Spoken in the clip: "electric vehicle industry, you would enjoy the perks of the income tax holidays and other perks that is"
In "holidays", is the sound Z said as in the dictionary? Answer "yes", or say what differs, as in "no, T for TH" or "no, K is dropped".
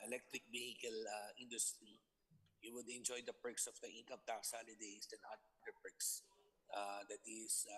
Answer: no, S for Z